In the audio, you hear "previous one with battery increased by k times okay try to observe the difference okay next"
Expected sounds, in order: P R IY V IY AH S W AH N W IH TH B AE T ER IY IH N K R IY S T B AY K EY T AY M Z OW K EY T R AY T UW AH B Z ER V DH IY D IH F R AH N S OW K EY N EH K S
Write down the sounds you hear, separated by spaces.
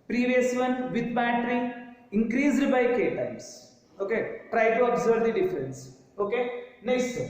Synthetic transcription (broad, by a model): P R IY V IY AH S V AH N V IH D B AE T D IY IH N K R IY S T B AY K EY T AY M S OW K EY T R AY T UW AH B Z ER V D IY D IH F R AH N S OW K EY N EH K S